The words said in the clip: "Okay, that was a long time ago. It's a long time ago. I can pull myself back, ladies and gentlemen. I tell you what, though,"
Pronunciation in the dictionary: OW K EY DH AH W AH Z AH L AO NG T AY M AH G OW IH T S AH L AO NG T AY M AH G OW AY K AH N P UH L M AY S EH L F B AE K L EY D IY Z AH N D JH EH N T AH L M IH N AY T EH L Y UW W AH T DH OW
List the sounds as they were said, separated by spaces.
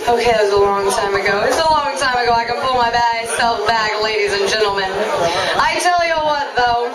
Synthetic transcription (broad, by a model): OW K EY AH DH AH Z AH L AO NG T AY M AH G OW IH T S AH L AO NG T AY M AH G OW AY K AH N P UH L M AY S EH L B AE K L EY D IY Z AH N JH EH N T L M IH N AY T EH L Y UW W AH T DH OW